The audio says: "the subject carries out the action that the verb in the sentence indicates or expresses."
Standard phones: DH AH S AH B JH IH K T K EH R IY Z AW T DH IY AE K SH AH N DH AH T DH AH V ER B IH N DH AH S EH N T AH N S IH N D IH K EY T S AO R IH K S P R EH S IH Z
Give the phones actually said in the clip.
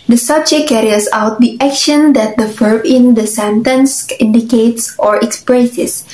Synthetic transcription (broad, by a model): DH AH S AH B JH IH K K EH R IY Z AW T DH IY AE K SH AH N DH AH T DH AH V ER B IH N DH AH S EH N T AH N S IH N D IH K EY T S AO R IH K S P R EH S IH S